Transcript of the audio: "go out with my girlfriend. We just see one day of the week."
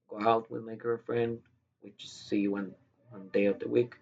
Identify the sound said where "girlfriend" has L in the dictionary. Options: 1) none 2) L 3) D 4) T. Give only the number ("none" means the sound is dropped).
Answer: 1